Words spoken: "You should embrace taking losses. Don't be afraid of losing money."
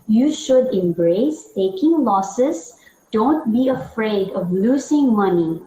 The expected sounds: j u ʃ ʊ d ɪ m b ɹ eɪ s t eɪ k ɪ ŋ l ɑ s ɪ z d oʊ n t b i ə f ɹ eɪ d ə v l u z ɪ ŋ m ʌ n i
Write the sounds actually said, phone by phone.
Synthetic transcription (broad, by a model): j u ʃ ʊ d ɪ m b ɹ eɪ s t eɪ k ɪ ŋ l ɑ s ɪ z d oʊ n t b i ə f ɹ eɪ d ə v l u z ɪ ŋ m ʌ n i